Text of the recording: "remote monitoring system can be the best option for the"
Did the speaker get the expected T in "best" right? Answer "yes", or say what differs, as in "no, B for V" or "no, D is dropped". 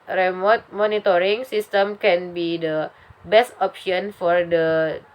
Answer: yes